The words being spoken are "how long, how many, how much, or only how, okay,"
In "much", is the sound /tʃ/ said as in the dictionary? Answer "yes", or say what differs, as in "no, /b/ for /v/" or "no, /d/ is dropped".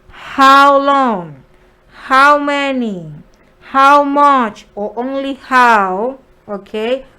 yes